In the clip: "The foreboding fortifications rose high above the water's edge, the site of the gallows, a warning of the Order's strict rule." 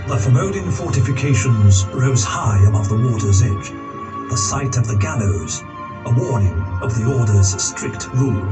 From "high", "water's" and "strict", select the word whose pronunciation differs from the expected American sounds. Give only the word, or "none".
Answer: none